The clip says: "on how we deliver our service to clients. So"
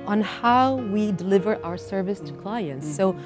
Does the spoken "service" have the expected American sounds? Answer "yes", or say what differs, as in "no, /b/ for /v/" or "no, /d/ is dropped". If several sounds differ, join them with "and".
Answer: yes